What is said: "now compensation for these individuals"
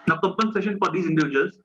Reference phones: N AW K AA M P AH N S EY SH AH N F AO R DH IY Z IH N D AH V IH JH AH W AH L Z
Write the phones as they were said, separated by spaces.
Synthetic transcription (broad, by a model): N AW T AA P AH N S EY SH AH N F AO R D IY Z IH N D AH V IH JH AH AH L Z